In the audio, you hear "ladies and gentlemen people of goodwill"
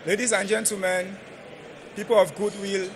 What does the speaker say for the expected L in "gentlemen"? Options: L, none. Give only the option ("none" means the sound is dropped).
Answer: none